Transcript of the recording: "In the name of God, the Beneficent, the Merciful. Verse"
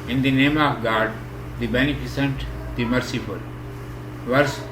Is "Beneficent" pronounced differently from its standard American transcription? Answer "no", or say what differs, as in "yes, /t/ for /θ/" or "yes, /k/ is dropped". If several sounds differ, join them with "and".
yes, /s/ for /ʃ/